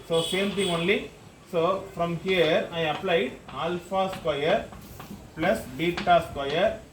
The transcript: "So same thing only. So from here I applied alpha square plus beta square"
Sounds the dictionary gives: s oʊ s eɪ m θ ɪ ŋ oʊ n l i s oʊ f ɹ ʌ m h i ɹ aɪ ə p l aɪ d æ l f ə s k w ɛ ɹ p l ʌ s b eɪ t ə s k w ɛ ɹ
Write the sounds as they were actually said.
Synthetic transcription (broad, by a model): s oʊ s eɪ m t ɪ ŋ oʊ n l i s oʊ f ɹ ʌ m h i ɹ aɪ ə p l aɪ d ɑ l f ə s k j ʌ ɹ p l ʌ s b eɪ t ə s k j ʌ ɹ